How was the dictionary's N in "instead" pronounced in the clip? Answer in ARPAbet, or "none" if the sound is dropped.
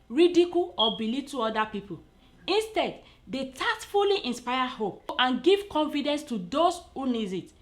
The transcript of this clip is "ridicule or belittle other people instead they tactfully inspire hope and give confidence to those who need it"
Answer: N